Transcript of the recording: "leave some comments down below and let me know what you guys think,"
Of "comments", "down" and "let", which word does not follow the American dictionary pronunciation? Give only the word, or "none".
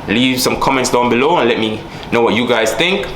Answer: none